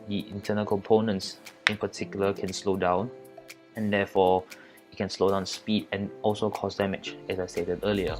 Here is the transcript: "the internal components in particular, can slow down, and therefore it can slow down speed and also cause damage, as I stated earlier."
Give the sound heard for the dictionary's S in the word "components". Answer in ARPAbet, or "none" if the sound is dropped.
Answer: S